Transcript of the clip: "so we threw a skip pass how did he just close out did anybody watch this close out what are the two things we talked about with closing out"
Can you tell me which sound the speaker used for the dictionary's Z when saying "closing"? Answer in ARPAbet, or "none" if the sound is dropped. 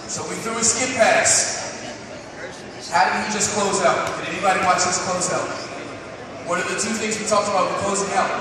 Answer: Z